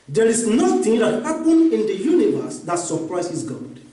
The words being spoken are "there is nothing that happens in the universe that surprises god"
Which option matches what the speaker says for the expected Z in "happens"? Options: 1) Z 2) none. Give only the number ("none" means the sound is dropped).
2